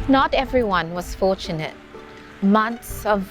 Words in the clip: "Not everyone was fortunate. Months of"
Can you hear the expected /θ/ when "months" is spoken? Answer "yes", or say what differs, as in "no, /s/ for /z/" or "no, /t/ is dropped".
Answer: no, /t/ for /θ/